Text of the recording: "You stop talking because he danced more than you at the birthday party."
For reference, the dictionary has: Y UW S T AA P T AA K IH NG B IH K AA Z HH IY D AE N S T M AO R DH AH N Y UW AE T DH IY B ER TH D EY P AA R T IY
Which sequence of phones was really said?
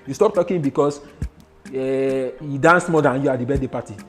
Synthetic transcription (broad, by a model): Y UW S T AA P T AA K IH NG B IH K AA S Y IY D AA N S M AO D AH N Y UW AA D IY B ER T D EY P AA T IY